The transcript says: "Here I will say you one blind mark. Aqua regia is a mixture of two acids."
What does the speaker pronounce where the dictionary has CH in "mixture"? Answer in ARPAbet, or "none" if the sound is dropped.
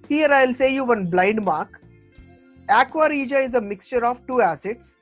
CH